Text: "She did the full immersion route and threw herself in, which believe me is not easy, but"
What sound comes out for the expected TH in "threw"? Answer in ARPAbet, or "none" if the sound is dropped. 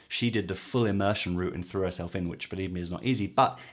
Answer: TH